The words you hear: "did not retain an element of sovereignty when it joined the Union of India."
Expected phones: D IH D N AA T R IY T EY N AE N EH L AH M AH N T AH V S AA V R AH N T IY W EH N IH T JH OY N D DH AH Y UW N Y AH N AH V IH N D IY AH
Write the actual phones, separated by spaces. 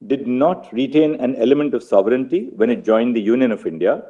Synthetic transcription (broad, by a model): D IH D N AA T R IY T EY N AE N EH L AH M AH N T AH V S AA V R AH N T IY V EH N IH T JH OY N D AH Y UW N Y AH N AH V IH N D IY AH